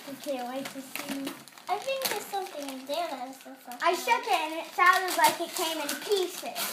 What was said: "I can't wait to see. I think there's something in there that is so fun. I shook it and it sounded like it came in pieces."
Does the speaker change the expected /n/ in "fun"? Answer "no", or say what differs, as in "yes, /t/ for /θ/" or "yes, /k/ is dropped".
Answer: yes, /n/ is dropped